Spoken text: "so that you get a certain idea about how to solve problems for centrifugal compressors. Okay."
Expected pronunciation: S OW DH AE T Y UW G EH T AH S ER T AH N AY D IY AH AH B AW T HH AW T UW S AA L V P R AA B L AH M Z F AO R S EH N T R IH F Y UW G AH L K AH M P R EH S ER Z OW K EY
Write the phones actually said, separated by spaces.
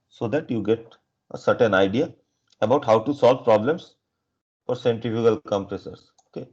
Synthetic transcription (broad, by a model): S OW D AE T Y UW G EH T AH S ER T AH N AY D IY AH AH B AW T HH AW T UW S AA L V P R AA B L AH M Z F AO R S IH N T IH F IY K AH L K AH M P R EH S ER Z OW K EY